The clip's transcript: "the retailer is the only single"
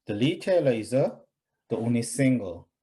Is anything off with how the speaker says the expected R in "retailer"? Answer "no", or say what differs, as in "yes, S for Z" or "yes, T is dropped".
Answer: yes, L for R